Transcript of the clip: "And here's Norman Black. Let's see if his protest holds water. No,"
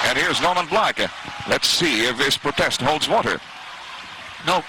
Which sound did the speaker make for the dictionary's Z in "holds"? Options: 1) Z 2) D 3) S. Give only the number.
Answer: 1